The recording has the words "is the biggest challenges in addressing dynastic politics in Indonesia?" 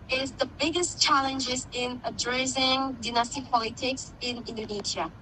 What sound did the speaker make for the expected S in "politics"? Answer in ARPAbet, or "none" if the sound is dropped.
S